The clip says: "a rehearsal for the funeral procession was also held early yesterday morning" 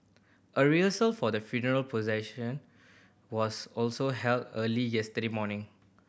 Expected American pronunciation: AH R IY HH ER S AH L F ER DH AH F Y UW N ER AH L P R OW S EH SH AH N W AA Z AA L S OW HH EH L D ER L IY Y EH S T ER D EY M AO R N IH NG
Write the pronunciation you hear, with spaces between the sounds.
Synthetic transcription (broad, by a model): AH R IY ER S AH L F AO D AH F Y UW N ER AH L P OW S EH SH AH N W AA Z AA L S OW HH EH L D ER L IY Y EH S T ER D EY M AO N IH NG